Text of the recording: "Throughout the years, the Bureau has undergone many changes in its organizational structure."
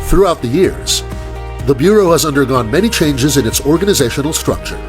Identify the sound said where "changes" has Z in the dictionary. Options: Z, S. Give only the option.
Z